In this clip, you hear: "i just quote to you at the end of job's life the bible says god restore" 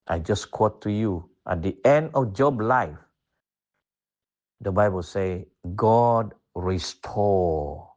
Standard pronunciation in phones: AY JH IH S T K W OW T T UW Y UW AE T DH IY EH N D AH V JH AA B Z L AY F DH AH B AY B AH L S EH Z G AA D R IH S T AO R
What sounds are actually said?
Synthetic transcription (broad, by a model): AY JH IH S K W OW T T UW Y UW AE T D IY EH N D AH F JH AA B L AY F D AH B AY B AH L S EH G AA D R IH S T AO